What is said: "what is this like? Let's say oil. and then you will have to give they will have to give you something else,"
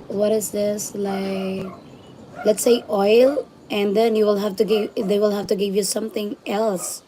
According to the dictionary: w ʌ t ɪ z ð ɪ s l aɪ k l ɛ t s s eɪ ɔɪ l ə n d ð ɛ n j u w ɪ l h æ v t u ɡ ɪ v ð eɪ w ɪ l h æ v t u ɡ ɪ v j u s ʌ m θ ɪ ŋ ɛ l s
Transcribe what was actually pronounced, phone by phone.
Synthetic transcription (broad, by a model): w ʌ t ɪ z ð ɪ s l aɪ k l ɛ t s s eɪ ɔɪ l ə n d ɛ n j u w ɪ l h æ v t u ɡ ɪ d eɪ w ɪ l h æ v t u ɡ ɪ v j u s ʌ m t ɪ ŋ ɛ l s